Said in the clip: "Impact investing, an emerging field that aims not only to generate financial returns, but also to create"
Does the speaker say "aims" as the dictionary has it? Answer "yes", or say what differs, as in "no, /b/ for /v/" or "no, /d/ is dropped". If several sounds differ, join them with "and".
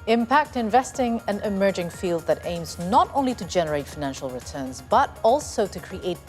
yes